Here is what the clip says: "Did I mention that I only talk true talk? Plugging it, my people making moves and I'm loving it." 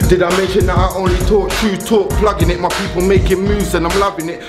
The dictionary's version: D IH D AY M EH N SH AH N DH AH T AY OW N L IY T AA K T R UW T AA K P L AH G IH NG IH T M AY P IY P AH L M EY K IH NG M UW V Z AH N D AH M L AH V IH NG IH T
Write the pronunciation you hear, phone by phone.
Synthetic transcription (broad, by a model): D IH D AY M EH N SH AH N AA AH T OW N L IY T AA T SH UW T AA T P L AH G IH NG IH T M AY P IY P AH L M EY K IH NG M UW Z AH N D AH M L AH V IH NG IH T